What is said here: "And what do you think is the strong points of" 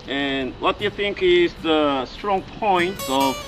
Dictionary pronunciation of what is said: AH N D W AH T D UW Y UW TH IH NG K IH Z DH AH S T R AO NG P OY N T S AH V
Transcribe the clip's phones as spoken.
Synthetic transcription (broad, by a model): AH N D W AH T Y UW TH IH NG K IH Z DH AH S T R AO NG P OY N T AH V